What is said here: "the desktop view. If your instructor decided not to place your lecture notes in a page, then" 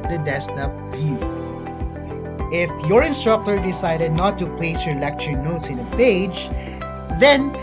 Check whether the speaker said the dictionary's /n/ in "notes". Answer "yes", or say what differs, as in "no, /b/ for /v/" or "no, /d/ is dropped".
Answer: yes